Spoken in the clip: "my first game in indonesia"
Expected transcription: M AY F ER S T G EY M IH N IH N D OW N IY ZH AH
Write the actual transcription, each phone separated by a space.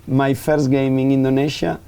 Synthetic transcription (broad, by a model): M AY F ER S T G EY M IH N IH N D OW N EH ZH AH